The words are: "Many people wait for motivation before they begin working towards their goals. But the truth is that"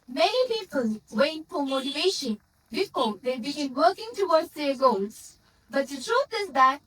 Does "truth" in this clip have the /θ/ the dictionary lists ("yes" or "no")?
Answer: no